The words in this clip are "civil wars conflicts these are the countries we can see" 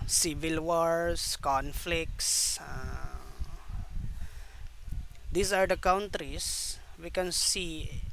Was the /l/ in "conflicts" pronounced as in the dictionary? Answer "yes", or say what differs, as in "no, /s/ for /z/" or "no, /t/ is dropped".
yes